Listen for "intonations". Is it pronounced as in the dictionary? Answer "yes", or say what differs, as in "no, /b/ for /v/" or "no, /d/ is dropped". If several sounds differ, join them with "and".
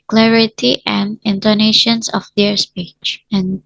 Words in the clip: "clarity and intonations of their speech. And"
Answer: no, /s/ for /z/